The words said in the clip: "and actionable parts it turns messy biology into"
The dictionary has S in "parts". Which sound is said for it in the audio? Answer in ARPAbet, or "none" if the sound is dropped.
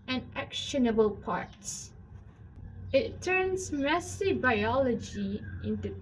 S